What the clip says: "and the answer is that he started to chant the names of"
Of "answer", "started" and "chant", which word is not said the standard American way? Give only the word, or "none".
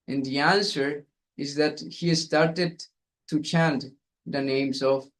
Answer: none